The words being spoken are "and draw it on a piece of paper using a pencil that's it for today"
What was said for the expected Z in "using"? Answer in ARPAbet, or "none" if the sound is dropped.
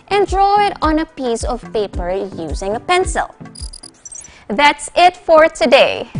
Z